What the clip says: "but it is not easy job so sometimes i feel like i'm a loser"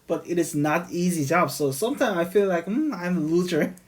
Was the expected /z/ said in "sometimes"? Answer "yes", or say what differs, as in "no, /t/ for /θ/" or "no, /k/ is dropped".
no, /z/ is dropped